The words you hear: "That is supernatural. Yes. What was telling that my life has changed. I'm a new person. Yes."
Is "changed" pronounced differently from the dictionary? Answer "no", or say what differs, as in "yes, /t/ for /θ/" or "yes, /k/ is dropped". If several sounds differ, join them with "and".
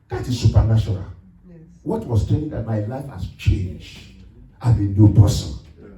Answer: no